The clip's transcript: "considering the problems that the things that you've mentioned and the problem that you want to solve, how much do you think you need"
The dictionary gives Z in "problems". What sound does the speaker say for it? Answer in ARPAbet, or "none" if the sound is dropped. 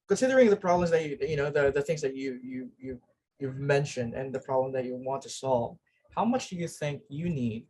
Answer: Z